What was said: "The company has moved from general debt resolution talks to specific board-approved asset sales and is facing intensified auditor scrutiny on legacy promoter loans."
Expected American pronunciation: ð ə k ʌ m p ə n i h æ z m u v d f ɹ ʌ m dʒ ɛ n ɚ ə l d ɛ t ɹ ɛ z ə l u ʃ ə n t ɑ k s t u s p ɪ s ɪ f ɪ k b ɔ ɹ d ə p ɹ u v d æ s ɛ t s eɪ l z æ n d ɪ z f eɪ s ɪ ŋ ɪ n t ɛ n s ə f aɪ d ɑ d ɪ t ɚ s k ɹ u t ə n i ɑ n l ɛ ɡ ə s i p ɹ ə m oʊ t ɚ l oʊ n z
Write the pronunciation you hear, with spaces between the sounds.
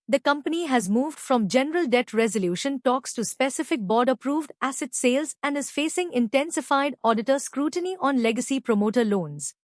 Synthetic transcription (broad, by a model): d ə k ʌ m p ə n i h æ z m u v d f ɹ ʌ m dʒ ɛ n ɚ ə l d ɛ t ɹ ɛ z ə l u ʃ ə n t ɑ k s t u s p ɪ s ɪ f ɪ k b ɔ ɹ d ə p ɹ u v d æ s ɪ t s eɪ l z æ n d ɪ z f eɪ s ɪ ŋ ɪ n t ɛ n s ə f aɪ d ɑ d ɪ t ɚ s k ɹ u t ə n i ɑ n l ɛ ɡ ə s i p ɹ ə m oʊ t ɚ l oʊ n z